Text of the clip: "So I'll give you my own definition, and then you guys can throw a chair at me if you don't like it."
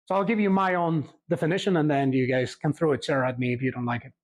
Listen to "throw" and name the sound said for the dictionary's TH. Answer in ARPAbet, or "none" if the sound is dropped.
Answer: TH